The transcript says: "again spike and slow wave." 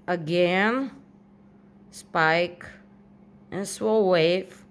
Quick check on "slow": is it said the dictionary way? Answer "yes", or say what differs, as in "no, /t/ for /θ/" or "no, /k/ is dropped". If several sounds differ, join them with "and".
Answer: no, /w/ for /l/